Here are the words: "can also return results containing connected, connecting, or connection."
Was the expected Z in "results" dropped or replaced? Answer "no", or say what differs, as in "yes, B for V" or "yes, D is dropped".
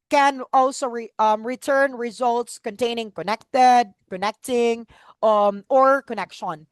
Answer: no